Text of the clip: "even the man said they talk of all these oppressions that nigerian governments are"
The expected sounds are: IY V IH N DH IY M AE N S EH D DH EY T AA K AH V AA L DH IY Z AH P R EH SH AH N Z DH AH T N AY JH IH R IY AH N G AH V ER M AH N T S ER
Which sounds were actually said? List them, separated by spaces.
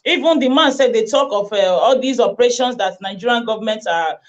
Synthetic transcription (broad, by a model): IY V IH N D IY M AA N S EH D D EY T AA K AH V AA L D IY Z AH P R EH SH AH N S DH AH T N AY JH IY R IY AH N G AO V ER M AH N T AA